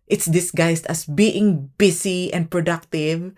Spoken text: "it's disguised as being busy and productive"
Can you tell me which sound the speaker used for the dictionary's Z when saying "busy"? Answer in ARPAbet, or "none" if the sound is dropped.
S